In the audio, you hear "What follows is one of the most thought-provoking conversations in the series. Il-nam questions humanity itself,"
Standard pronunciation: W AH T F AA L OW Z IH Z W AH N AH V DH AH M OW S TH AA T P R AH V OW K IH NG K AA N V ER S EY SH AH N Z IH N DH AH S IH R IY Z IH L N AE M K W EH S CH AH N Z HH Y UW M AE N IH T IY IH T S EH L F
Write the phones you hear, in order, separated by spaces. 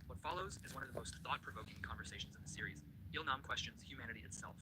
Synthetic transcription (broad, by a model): W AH T F AA L OW Z IH Z W AH N AH V DH AH M OW S TH AA T P R AH V OW K IH NG K AA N V ER S EY SH N Z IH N DH AH S IH R IY Z IH L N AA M K W EH S CH AH N Z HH Y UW M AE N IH T IY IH T S EH L F